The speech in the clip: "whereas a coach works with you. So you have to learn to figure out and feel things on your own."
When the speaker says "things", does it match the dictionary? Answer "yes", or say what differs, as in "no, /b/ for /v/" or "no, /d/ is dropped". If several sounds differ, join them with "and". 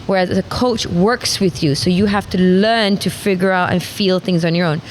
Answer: yes